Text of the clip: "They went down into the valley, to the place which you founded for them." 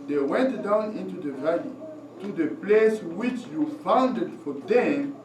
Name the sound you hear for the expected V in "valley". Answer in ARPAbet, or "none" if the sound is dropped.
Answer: V